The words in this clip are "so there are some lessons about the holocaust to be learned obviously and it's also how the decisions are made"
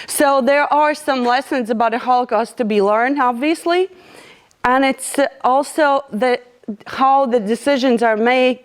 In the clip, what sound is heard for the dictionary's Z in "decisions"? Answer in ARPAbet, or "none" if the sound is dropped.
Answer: Z